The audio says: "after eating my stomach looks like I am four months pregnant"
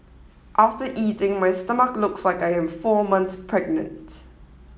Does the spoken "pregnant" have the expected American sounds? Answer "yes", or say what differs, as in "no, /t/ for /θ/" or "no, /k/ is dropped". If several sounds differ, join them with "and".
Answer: yes